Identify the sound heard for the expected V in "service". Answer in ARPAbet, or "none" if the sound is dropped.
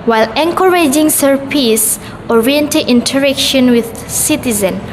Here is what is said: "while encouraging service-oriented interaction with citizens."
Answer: P